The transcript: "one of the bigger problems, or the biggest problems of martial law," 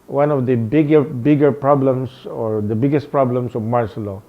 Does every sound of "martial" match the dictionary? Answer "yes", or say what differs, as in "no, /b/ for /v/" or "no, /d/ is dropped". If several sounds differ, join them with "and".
no, /s/ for /ʃ/